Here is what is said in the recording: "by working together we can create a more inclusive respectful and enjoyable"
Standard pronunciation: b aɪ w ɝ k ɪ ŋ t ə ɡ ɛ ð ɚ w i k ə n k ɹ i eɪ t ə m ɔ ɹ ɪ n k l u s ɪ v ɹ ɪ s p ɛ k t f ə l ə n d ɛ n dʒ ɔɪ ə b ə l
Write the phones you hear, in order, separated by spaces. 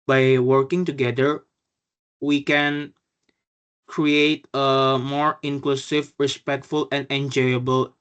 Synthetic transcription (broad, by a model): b aɪ w ɝ k ɪ ŋ t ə ɡ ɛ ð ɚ w i k ə n k ɹ i eɪ t ə m ɔ ɹ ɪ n k l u s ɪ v ɹ ɪ s p ɛ k t f ə l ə n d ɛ n dʒ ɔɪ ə b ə l